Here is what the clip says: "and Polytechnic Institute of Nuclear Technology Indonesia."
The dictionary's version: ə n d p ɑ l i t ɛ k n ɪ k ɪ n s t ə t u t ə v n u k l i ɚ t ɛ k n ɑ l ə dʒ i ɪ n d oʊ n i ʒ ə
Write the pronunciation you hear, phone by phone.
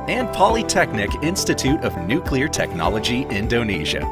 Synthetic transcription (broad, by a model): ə n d p ɑ l i t ɛ k n ɪ k ɪ n s t ə t u t ə v n u k l i ɚ t ɛ k n ɑ l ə dʒ i ɪ n d oʊ n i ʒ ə